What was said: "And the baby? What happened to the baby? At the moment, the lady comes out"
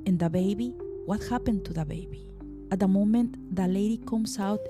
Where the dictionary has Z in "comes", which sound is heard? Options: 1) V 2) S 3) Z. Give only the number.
2